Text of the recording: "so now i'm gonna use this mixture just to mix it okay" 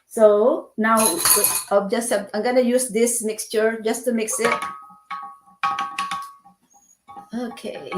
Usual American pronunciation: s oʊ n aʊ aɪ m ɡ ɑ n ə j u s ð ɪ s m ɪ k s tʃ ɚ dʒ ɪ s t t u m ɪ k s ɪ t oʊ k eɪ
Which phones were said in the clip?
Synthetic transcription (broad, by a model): s oʊ n aʊ aɪ m ɡ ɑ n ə j u s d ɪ s m ɪ k s tʃ ɚ dʒ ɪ s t t u m ɪ k s ɪ t oʊ k eɪ